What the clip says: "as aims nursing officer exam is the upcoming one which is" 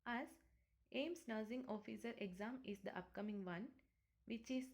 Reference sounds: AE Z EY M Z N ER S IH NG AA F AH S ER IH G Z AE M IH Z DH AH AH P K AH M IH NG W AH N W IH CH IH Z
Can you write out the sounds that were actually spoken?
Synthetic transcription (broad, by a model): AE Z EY M S N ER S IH NG AA F AH S ER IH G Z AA M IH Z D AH AH P K AH M IH NG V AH N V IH CH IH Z